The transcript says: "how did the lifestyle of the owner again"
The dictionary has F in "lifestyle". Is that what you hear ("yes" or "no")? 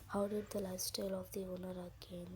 no